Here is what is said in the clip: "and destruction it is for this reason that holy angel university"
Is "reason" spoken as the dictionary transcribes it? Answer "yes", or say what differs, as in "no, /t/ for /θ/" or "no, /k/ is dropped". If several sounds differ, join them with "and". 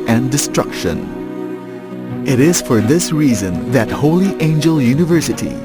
yes